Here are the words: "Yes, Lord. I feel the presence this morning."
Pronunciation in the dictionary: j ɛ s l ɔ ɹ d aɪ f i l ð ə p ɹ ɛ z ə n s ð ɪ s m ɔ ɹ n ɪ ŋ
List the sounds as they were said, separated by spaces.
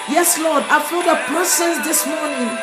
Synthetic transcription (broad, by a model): j ɛ s l ɔ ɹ d aɪ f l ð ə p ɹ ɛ s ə n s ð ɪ s m ɔ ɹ n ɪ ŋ